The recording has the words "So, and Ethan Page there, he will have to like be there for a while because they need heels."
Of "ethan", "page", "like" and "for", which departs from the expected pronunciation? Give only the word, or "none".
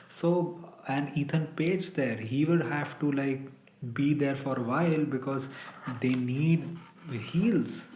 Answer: ethan